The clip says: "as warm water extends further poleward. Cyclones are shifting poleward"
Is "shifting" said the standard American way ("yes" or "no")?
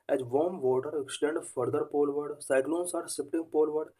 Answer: no